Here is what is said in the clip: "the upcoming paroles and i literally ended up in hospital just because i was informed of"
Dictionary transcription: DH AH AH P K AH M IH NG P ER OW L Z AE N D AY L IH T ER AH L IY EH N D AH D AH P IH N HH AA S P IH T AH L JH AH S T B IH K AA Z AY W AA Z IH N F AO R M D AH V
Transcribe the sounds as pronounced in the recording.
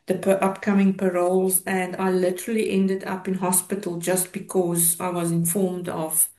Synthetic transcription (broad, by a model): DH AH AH P K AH M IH NG P ER OW L Z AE N D AY L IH T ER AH L IY EH N D AH D AH P IH N HH AA S P IH T AH L JH AH S T B IH K AA Z AY W AA Z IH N F AO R M D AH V